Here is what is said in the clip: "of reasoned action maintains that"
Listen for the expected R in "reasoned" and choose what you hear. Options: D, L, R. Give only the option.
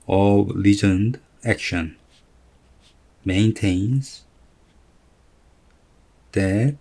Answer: L